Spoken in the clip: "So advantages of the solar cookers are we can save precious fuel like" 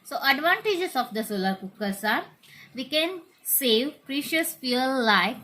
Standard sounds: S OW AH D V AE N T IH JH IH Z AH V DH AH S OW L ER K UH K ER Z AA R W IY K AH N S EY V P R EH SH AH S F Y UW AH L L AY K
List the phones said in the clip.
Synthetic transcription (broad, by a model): S OW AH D V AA N T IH JH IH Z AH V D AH S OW L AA K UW K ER S AA R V IY K AH N S EY V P R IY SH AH S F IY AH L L AY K